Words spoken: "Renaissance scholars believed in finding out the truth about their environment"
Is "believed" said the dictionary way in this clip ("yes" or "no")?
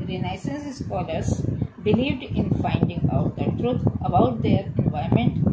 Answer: yes